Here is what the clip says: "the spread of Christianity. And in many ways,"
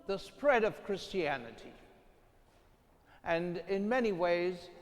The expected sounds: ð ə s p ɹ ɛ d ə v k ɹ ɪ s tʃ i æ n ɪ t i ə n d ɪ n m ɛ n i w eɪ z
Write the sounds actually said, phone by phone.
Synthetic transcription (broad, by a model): ð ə s p ɹ ɛ d ə v k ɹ ɪ s tʃ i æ n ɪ t i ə n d ɪ n m ɛ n i w eɪ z